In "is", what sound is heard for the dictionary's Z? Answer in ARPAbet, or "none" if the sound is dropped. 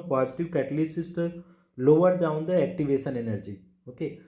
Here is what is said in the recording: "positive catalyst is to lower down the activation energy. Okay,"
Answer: S